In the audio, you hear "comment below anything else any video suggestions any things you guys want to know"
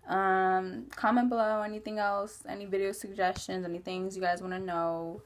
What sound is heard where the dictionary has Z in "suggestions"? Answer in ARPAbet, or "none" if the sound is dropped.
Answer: Z